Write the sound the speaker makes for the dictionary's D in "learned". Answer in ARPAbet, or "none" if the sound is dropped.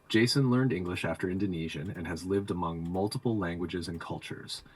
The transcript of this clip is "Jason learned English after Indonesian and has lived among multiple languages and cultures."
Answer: D